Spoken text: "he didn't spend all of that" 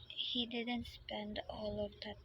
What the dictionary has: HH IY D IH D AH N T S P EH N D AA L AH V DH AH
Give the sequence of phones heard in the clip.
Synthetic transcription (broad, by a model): HH IY D IH D AH N T S P EH N D AA L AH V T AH